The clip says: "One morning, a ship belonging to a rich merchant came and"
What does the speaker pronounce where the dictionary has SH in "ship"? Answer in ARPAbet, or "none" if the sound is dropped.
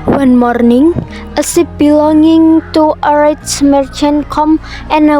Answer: S